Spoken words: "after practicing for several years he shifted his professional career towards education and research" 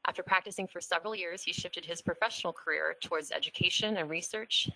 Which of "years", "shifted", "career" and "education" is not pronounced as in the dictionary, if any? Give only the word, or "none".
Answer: none